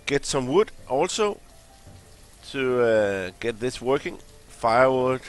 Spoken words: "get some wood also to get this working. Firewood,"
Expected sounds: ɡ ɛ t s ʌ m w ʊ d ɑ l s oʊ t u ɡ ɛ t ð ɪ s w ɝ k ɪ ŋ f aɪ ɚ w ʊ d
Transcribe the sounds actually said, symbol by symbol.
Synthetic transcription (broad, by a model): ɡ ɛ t s ʌ m w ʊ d ɑ l s oʊ s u ɡ ɛ t ð ɪ s w ɝ k ɪ ŋ f aɪ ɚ w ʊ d